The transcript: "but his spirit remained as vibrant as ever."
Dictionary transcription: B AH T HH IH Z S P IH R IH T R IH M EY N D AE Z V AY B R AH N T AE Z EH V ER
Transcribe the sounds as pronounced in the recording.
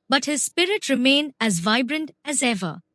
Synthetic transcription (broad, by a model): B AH T HH IH Z S P IH R IH T R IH M EY N AE Z V AY B R AH N T AE Z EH V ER